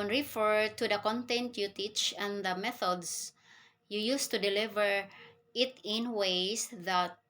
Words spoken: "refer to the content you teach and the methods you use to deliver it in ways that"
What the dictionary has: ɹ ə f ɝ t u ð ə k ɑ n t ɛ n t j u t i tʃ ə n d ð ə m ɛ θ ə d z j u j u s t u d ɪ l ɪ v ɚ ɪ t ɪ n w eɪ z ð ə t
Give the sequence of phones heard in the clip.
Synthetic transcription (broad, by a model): ɹ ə f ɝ t u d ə k ɑ n t ɛ n t j u t i tʃ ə n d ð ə m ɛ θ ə d s j u j u s t u d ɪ l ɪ v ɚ ɪ t ɪ n w eɪ s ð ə t